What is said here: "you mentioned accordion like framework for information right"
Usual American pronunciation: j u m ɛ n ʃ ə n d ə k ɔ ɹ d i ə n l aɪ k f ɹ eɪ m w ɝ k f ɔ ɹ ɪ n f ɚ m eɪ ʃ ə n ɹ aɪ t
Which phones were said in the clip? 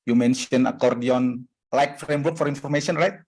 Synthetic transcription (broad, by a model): j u m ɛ n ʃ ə n ə k ɔ ɹ d i ə n l aɪ k f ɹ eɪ m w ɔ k f ɔ ɹ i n f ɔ m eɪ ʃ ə n ɹ aɪ t